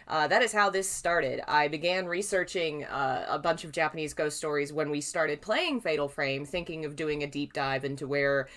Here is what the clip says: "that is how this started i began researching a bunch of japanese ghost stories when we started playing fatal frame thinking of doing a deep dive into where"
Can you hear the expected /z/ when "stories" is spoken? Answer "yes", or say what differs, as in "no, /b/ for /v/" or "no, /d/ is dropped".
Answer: yes